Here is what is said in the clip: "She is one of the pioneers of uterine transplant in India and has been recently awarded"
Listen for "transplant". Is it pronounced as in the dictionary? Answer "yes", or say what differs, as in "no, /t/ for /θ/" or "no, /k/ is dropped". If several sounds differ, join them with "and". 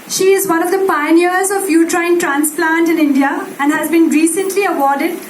yes